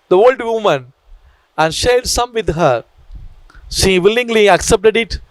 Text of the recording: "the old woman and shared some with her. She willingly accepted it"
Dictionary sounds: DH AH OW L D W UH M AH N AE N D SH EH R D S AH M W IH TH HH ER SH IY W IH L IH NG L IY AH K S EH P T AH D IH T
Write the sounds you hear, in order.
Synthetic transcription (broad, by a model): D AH OW L D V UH M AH N AE N D SH EH R D S AH M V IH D HH ER SH IY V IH L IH NG L IY AH K S EH P T AH D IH T